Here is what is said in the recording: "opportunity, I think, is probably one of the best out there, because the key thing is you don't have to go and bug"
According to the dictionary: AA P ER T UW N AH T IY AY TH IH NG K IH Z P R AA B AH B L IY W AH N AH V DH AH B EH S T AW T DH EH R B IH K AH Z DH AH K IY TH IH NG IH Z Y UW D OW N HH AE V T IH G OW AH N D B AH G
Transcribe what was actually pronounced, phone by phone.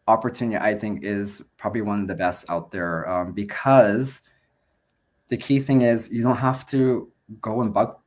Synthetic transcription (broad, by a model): AA P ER T UW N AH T IY AY TH IH NG K IH Z P R AA B AH B L IY W AH N AH V DH AH B EH S T AW T DH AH R B IH K AH Z DH AH K IY TH IH NG IH Z Y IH D OW N HH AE F T IH G OW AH N B AH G